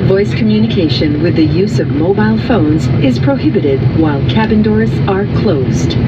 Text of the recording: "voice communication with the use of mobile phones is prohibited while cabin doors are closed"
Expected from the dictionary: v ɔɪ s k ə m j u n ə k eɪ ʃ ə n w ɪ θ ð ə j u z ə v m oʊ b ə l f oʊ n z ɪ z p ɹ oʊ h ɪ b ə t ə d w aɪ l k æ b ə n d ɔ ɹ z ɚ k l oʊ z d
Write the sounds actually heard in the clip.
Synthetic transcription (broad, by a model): v ɔɪ s k ə m j u n ə k eɪ ʃ ə n w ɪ ð ə j u z ə v m oʊ b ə l f oʊ n z ɪ z p ɹ oʊ h ɪ b ə t ə d w aɪ l k æ b ə n d ɔ ɹ z ɚ k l oʊ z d